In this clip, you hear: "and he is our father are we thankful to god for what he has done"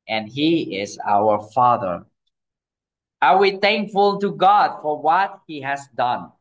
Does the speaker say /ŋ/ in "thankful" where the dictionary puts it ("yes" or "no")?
yes